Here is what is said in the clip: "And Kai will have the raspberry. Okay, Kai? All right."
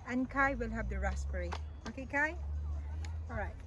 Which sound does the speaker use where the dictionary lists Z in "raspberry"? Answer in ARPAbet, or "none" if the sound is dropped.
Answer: S